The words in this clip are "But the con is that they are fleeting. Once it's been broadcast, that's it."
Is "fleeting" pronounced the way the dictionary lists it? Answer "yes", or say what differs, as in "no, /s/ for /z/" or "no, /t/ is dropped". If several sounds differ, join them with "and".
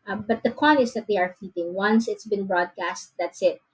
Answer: no, /l/ is dropped